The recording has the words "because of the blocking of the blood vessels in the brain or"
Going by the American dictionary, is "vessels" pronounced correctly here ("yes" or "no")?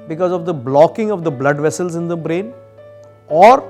yes